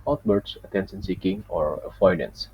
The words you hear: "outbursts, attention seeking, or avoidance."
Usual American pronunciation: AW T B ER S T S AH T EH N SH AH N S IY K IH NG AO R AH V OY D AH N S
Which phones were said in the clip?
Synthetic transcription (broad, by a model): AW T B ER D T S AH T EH N S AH N S IY K IH NG AO R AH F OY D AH N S